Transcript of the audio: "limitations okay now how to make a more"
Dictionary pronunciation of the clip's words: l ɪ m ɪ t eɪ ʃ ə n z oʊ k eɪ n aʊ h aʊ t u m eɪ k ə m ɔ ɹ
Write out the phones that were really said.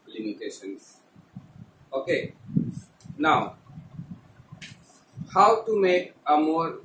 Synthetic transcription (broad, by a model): l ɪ m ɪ t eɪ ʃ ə n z oʊ k eɪ n aʊ h aʊ t u m eɪ k ə m ɔ ɹ